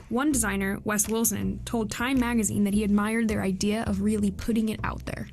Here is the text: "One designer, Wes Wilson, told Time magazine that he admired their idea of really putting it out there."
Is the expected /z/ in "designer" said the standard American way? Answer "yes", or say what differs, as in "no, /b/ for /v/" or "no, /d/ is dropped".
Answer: yes